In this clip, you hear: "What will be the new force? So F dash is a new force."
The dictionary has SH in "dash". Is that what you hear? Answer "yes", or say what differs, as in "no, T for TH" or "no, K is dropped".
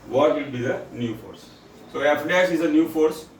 no, S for SH